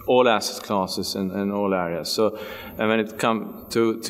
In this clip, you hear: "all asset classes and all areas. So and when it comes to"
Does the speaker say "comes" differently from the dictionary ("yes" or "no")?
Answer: yes